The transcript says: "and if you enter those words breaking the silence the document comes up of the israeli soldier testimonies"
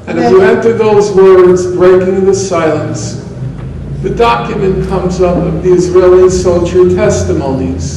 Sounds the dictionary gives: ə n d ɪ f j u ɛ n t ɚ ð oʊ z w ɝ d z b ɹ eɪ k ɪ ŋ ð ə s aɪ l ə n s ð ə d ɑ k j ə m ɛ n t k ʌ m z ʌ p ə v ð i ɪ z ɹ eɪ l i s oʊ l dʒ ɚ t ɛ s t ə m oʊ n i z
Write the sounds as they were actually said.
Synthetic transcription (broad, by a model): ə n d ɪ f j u ɛ n t ɚ ð oʊ z w ɝ d z b ɹ eɪ k ɪ ŋ ð ə s aɪ l ə n s ð ə d ɑ k j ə m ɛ n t k ʌ m z ʌ p ə v ð i ɪ z ɹ eɪ l i s oʊ l ʃ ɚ t ɛ s t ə m oʊ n i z